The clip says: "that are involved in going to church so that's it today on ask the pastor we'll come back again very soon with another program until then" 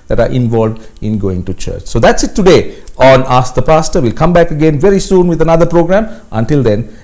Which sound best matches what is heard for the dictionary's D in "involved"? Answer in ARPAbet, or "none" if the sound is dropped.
D